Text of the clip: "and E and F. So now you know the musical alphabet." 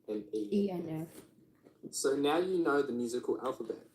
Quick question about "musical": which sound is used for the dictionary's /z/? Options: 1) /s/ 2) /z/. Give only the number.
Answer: 2